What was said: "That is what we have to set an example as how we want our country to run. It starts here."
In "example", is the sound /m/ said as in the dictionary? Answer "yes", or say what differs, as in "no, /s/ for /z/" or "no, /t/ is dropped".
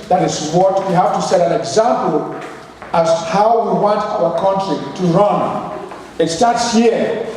yes